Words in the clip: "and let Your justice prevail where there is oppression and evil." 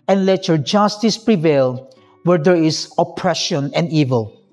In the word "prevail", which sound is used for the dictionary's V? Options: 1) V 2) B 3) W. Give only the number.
1